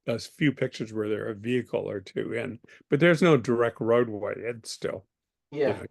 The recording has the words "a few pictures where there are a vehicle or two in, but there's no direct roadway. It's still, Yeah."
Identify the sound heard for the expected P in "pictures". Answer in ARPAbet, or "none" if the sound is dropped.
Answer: P